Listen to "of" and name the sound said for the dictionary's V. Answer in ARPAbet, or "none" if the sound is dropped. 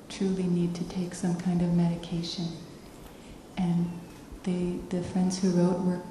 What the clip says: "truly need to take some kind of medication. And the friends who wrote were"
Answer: V